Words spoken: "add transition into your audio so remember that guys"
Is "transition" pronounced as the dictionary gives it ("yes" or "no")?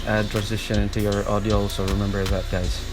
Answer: yes